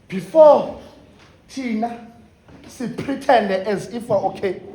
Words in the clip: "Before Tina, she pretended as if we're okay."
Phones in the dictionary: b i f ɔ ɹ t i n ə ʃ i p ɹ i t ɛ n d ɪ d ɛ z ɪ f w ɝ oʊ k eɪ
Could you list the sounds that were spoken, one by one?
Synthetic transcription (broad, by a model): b i f ɔ t i n ə s i p ɹ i t ɛ n d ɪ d ɛ z ɪ f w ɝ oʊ k eɪ